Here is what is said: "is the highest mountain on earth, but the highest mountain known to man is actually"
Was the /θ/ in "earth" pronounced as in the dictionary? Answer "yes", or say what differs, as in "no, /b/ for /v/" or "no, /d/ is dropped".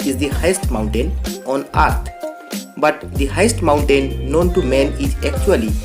no, /t/ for /θ/